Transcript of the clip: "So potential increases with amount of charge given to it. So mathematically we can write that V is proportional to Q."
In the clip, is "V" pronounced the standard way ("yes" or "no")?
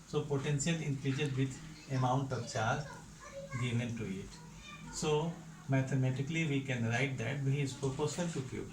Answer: no